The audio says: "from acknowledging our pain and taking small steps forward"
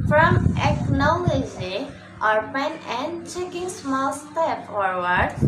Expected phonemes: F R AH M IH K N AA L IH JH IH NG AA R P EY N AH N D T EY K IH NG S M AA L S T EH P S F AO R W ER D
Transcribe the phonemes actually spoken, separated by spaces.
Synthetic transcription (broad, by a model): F R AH M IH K N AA L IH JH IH AA R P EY N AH N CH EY K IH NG S M AA L S T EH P F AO R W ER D